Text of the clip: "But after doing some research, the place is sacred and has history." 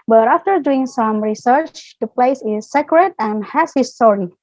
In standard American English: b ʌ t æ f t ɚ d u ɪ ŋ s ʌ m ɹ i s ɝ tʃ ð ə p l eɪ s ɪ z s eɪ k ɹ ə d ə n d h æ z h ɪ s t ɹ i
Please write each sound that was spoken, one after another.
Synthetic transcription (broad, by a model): b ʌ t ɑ f t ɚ d u ɪ ŋ s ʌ m ɹ i s ɝ tʃ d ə p l eɪ s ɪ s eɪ k ɹ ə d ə n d h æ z h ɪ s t ɹ i